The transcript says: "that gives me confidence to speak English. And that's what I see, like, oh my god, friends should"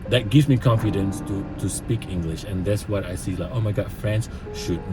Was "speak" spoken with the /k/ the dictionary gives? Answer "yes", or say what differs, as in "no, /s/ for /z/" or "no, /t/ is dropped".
yes